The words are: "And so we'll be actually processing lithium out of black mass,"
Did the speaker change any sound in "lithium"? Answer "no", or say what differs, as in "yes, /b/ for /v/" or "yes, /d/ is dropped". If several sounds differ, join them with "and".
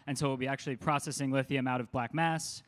yes, /w/ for /l/